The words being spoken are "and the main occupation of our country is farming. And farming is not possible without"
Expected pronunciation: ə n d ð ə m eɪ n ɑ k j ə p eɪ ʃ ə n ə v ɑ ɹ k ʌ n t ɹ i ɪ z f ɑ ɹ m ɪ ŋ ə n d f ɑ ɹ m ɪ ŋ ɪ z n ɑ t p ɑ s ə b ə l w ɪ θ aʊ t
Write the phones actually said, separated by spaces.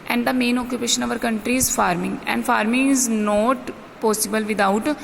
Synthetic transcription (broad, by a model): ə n d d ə m eɪ n ɑ k j ə p eɪ ʃ ə n ə v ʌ ɹ k ʌ n t ɹ i ɪ z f ɑ ɹ m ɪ ŋ ə n d f ɑ ɹ m ɪ ŋ ɪ z n ɑ t p ɑ s ə b ə l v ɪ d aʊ t